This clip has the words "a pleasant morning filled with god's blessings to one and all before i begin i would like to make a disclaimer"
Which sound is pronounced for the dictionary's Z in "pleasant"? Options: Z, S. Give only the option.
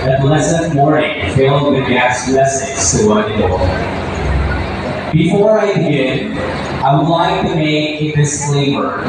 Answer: S